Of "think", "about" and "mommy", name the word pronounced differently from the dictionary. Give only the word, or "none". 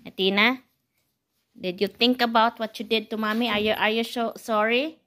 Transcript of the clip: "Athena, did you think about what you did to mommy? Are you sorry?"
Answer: think